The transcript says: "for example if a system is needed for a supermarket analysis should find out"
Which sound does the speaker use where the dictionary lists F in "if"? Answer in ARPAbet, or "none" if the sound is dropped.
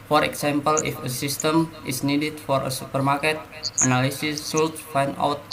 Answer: F